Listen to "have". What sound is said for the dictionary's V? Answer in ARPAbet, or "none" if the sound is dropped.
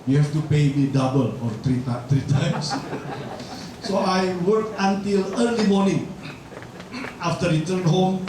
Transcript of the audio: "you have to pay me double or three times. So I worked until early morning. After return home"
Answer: F